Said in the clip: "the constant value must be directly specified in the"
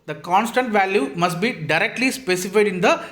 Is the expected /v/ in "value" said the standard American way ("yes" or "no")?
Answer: yes